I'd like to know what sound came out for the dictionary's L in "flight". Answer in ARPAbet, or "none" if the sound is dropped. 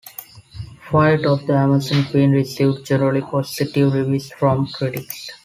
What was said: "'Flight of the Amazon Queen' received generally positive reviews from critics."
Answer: none